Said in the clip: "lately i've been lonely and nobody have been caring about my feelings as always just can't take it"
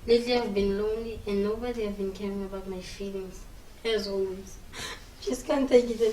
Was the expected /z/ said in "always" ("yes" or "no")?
no